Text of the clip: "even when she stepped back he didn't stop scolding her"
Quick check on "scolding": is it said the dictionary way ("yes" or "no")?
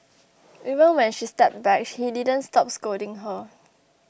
no